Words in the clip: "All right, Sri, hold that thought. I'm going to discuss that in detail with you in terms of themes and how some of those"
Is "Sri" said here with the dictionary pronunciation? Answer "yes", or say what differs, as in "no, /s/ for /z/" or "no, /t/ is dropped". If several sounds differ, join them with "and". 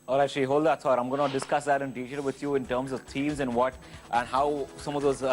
no, /ɹ/ is dropped